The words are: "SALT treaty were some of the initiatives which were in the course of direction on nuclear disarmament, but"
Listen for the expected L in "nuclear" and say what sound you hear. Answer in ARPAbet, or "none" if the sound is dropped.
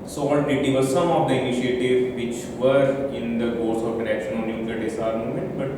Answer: none